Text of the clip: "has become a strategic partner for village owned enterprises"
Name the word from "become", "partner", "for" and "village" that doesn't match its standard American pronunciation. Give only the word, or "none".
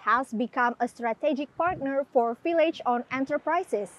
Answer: village